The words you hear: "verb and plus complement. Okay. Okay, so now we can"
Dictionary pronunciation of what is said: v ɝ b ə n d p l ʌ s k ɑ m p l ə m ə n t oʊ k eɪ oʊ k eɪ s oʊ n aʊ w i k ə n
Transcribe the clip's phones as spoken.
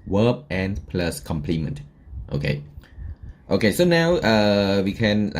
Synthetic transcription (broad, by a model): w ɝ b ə n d p l ʌ s k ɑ m p l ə m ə n t oʊ k eɪ oʊ k eɪ s oʊ n aʊ w i k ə n